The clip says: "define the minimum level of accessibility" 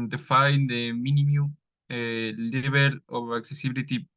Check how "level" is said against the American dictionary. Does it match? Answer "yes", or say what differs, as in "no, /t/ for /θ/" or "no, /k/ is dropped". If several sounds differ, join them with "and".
no, /b/ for /v/